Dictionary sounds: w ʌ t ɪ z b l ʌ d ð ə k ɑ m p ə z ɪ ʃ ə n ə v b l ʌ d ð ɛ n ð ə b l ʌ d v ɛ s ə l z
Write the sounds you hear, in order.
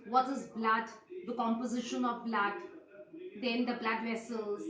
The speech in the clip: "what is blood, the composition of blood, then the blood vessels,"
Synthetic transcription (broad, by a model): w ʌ t ɪ z b l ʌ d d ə k ɑ m p ə z ɪ ʃ ə n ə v b l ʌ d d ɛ n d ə b l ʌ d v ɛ s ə l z